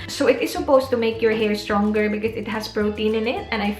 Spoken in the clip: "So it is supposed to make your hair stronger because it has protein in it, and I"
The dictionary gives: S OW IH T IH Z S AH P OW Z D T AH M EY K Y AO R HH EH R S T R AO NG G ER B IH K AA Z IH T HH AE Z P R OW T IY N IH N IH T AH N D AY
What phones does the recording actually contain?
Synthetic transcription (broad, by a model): S OW IH T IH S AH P OW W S T AH M EY K Y AO R HH EH R S T R AO NG G ER B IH K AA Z IH T HH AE S P R OW T IY N IH N IH T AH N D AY